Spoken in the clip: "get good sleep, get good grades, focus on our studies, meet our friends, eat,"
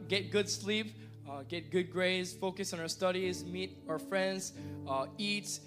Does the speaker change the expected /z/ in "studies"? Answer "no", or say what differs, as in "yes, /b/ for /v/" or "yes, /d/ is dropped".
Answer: no